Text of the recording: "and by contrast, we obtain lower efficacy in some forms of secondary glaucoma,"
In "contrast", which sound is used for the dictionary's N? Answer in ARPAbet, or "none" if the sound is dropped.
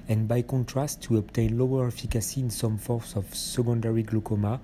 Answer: N